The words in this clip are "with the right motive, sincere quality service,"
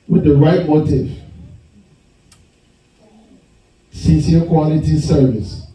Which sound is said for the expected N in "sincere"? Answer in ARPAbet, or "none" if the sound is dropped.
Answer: none